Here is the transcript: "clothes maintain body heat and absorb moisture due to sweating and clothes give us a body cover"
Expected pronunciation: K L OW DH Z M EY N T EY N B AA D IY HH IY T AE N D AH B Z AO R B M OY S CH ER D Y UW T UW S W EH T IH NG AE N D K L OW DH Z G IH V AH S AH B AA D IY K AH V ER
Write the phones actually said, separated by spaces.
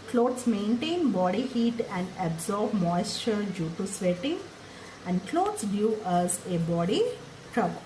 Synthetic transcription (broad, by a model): K L OW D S M EY N T EY N B AA D IY HH IY T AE N D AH B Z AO R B M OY S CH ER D Y UW T UW S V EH T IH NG AE N D K L OW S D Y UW AH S AH B AA D IY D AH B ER